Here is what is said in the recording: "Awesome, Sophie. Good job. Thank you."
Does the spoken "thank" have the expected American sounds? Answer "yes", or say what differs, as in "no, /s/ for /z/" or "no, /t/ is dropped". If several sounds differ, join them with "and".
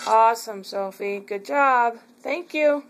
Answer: yes